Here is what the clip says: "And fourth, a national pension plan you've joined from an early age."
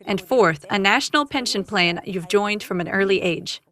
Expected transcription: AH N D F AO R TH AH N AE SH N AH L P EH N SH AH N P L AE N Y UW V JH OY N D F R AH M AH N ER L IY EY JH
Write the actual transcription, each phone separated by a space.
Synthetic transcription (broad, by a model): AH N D F AO R TH AH N AE SH N L P EH N SH AH N P L AE N Y UW V JH OY N D F R AH M AH N ER L IY EY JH